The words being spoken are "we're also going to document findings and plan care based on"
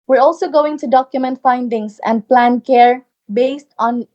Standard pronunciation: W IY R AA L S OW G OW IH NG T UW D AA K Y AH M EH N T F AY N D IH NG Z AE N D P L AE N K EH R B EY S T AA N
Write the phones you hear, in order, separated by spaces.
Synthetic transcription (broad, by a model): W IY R AA L S OW G OW IH NG T UW D AA K Y AH M EH N T F AY N D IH NG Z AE N D P L AE N K EH R B EY S T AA N